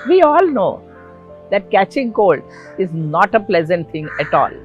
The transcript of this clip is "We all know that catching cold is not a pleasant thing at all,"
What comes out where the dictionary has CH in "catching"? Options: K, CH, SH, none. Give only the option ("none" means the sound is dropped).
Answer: CH